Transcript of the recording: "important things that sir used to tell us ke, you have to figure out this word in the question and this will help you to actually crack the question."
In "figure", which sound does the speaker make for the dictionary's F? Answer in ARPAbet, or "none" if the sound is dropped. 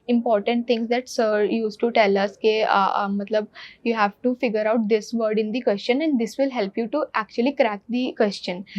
F